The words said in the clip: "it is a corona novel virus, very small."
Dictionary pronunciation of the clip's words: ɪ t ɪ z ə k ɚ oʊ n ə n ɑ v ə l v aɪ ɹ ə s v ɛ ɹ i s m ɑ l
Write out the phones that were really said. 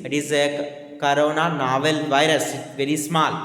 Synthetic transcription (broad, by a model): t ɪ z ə k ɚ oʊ n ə n ɑ v ə l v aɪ ɹ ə s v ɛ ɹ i s m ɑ l